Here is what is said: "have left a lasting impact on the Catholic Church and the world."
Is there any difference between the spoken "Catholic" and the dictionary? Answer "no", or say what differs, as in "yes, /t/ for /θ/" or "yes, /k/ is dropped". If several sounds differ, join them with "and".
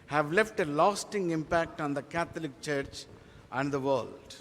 yes, /t/ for /θ/